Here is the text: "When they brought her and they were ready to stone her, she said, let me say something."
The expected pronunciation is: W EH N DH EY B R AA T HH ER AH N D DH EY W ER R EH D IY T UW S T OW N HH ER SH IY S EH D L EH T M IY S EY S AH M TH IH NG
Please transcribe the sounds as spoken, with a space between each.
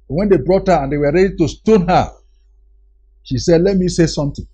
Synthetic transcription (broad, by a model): W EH N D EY B R AA T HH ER AH N D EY W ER R EH D IY T UW S T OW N HH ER SH IY S EH D L EH T M IY S EY S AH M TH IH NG